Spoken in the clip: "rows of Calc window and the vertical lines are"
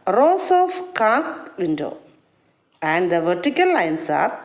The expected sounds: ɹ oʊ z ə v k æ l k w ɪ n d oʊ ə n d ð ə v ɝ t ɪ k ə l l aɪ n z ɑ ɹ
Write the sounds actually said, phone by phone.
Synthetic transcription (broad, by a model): ɹ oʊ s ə f k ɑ k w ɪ n d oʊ ə n d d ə v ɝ t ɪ k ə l l aɪ n s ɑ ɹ